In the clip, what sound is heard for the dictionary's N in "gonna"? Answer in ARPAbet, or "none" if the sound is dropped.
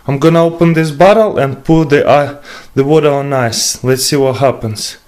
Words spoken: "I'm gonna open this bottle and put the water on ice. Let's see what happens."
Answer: N